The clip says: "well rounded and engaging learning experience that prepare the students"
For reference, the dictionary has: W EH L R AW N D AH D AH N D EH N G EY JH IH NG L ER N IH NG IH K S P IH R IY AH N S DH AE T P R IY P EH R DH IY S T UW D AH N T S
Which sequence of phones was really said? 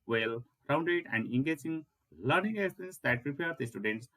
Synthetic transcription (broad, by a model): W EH L R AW N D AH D AH N D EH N G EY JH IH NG L ER N IH NG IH S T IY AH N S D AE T P R IY P EH R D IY S T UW D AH N T S